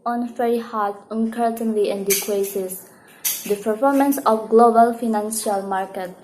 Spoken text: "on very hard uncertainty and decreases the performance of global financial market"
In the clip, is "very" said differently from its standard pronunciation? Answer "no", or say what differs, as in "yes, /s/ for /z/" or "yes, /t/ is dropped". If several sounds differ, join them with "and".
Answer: yes, /f/ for /v/